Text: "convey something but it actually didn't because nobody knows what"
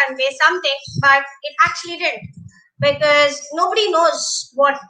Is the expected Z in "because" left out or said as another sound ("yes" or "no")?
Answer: no